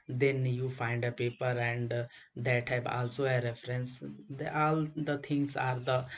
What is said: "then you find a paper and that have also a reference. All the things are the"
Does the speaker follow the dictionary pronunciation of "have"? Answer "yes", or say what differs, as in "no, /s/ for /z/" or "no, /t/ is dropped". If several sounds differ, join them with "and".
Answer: no, /p/ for /v/